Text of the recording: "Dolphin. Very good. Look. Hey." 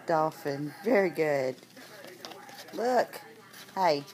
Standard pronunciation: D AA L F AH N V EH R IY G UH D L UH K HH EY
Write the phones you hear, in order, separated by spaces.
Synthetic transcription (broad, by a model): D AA F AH N V EH R IY G UH D L UH K HH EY